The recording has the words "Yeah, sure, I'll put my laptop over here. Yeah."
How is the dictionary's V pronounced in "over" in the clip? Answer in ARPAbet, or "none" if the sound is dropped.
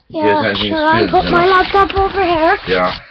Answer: V